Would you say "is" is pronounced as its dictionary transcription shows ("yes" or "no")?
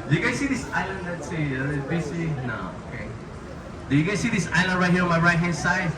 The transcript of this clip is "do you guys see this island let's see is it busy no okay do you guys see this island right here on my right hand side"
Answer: no